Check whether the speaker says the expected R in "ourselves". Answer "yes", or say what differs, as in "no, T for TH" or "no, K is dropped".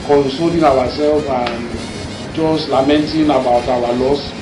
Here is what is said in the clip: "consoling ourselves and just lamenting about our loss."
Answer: no, W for R